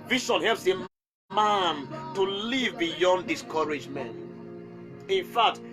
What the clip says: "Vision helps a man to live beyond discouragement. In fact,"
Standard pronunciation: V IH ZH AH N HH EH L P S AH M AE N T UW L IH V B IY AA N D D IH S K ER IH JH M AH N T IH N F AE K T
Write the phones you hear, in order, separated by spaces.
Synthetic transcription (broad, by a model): V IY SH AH N HH EH L P S AH M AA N T UW L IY V B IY AA N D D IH S K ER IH JH M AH N T IH N F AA K T